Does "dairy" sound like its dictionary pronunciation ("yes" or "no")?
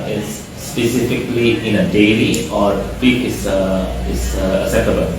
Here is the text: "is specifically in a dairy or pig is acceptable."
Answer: no